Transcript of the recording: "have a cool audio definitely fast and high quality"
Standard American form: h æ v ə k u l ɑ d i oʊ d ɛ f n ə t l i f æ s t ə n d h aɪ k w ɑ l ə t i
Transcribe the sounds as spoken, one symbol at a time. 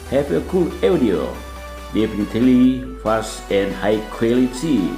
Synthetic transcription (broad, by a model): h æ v ə k u l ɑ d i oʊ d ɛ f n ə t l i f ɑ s ə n h aɪ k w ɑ l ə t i